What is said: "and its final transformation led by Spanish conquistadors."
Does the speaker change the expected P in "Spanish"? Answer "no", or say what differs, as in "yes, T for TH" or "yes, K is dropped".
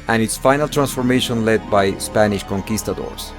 no